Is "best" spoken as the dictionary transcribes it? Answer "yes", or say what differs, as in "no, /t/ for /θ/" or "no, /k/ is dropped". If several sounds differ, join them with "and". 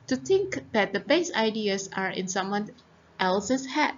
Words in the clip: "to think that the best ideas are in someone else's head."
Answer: no, /t/ is dropped